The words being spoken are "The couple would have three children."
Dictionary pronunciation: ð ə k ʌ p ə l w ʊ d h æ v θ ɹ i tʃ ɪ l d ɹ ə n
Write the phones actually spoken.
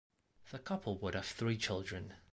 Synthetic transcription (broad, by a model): ð ə k ʌ p ə l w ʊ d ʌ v θ ɹ i tʃ ɪ l d ɹ ə n